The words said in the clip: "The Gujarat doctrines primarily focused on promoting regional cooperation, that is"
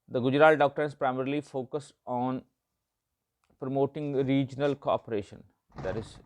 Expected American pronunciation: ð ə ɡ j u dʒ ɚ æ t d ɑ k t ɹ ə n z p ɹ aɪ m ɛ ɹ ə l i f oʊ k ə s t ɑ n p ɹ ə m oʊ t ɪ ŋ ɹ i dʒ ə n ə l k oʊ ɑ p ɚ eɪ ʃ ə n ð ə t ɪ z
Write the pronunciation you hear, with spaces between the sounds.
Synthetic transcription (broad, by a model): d ə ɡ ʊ dʒ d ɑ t d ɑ k t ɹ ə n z p ɹ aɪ m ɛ ɹ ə l i f oʊ k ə s ɑ n p ɹ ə m oʊ t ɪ ŋ ɹ i dʒ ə n ə l k oʊ ɑ p ɚ eɪ ʃ ə n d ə t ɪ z